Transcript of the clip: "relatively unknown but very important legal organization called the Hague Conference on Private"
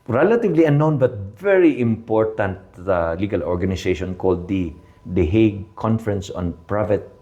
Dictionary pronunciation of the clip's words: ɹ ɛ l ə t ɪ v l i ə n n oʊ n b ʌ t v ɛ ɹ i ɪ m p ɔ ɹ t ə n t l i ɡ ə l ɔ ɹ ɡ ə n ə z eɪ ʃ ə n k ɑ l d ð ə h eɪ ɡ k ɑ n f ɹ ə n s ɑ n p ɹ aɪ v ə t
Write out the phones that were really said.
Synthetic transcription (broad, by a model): ɹ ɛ l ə t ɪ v l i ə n n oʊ n b ʌ t v ɛ ɹ i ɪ m p ɔ ɹ t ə n t l i ɡ ə l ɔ ɹ ɡ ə n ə s eɪ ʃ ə n k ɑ l d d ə h eɪ ɡ k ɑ n f ɹ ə n s ɑ n p ɹ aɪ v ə t